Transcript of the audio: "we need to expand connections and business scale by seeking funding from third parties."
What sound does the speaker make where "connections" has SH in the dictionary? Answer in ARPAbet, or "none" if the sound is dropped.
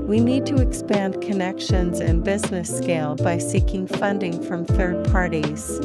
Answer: SH